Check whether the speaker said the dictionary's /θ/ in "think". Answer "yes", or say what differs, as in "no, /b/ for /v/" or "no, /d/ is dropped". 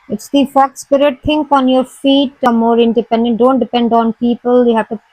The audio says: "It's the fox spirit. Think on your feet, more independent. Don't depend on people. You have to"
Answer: no, /t/ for /θ/